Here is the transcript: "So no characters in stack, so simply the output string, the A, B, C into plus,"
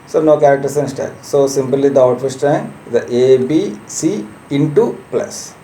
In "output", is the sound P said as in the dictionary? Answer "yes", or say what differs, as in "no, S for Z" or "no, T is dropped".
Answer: no, F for P